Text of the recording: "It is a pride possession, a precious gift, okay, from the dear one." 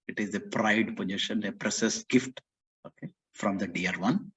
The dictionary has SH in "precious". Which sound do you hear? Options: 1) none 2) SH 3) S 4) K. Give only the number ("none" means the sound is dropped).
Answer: 3